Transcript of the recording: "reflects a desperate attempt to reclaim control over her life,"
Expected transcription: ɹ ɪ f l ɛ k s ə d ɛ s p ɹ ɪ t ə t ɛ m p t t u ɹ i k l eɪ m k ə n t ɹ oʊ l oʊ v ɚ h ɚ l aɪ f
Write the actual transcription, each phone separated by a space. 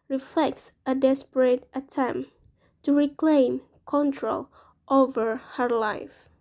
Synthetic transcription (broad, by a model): ɹ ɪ f l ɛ k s ə d ɛ s p ɹ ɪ t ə t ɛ m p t t u ɹ i k l eɪ m k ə n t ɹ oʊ l oʊ v ɚ h ɚ l aɪ f